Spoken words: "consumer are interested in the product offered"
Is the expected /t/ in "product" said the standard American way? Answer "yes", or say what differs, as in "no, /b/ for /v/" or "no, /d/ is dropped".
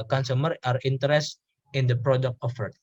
yes